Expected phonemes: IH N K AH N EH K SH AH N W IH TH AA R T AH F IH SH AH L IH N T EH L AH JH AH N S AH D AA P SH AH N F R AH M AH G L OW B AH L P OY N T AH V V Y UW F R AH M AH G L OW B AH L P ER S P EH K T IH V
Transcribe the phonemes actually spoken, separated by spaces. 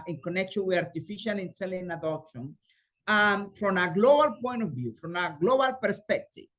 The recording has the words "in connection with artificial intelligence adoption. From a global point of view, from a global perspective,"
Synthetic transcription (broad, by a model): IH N K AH N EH K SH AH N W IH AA R T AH F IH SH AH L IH N S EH L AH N AH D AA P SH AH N F R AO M AH G L OW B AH L P OY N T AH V V Y UW F R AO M AH G L OW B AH L P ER S P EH K T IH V